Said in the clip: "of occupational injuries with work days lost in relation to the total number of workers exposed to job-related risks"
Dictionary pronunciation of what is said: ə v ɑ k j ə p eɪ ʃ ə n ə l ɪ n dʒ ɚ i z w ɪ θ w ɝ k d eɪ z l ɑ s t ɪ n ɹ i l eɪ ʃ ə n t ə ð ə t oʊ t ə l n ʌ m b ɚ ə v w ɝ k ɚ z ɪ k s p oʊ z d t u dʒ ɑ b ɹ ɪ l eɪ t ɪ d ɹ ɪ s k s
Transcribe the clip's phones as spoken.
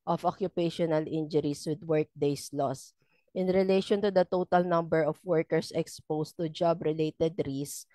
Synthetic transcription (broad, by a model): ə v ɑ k j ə p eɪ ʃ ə n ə l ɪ n dʒ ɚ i s w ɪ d w ɝ k d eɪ s l ɑ s t ɪ n ɹ i l eɪ ʃ ə n t ə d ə t oʊ t ə l n ʌ m b ɚ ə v w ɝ k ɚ s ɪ k s p oʊ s t u dʒ ɑ b ɹ ɪ l eɪ t ɪ d ɹ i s s